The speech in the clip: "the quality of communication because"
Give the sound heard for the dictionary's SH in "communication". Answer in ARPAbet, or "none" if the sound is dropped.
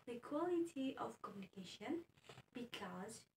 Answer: SH